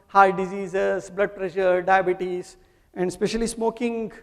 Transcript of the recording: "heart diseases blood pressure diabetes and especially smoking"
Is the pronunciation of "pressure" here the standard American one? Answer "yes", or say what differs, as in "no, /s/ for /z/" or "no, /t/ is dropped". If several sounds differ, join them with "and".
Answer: yes